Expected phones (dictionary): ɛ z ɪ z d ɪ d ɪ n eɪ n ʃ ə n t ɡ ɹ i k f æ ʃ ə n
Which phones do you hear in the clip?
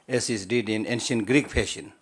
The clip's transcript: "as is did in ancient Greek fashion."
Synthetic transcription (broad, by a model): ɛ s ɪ s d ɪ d ɪ n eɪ n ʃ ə n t ɡ ɹ i k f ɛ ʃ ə n